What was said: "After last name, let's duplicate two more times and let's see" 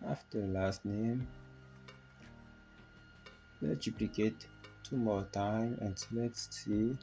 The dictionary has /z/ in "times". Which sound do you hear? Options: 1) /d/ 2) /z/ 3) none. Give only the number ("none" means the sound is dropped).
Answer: 3